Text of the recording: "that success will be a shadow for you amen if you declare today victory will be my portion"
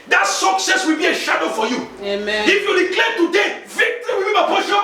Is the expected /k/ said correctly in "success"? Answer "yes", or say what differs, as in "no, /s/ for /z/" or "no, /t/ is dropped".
yes